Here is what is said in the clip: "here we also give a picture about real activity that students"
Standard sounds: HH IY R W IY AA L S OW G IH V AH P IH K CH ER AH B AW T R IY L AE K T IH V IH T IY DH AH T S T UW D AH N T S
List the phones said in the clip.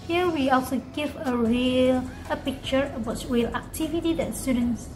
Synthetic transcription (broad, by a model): HH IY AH W IY AA L S OW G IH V AH P IH K CH ER AH B AW T R IY L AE K T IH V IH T IY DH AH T S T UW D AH N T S